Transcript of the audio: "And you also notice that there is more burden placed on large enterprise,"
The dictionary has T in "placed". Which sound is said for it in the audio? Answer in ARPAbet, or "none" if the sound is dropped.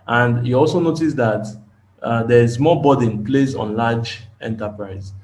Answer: none